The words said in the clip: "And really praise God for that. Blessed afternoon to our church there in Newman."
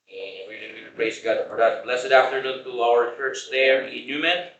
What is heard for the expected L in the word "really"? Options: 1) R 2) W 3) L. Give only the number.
2